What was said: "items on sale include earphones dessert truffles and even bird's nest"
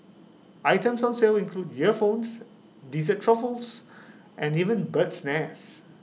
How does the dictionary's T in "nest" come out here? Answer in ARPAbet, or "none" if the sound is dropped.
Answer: none